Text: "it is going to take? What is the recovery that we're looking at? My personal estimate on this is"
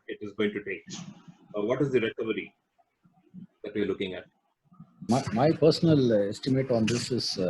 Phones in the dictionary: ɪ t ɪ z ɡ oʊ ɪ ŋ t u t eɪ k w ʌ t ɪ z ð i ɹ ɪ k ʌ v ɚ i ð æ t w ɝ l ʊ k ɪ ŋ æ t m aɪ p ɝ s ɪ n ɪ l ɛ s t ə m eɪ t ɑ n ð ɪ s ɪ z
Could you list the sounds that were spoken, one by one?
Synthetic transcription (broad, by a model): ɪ t ɪ z ɡ oʊ ɪ ŋ t u t eɪ k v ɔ t ɪ z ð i ɹ ɪ k ʌ v ɚ i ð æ t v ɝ l ʊ k ɪ ŋ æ t m aɪ p ɝ s ɪ n ɪ l ɛ s t ə m eɪ t ɑ n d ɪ s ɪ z